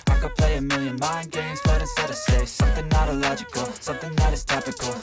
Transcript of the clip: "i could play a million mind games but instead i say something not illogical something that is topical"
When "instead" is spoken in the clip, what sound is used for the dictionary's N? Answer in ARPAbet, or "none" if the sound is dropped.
none